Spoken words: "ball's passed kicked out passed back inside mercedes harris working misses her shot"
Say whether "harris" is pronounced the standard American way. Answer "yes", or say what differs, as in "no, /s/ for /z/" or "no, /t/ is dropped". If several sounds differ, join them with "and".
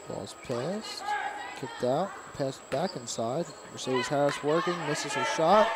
no, /ɹ/ is dropped